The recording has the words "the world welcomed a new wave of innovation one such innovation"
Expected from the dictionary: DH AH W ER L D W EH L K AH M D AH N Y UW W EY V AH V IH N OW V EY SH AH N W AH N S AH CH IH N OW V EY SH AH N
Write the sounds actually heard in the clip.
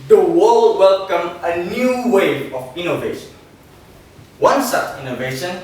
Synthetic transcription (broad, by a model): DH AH W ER L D W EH L K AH M AH N Y UW W EY AH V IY N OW V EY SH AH N W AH N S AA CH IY N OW V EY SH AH N